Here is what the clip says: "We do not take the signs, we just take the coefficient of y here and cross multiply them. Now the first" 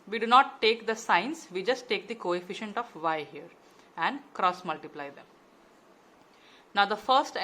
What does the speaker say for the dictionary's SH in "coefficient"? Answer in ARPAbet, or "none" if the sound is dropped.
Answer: SH